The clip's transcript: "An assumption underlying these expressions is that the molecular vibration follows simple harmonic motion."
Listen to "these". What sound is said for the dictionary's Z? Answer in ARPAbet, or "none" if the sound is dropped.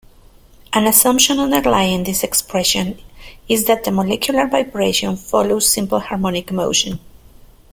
S